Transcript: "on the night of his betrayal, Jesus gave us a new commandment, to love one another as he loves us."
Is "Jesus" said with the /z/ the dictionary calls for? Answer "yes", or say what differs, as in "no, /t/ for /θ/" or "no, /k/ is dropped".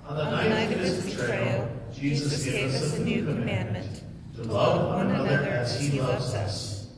yes